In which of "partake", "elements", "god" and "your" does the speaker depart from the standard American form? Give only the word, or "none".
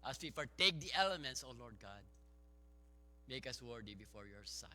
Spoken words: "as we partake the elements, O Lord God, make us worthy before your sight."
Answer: partake